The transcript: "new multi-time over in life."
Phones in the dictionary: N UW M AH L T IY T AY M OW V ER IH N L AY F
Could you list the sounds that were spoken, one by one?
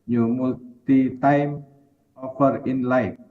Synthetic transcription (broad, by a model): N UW M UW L T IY T AY M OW F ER IH N L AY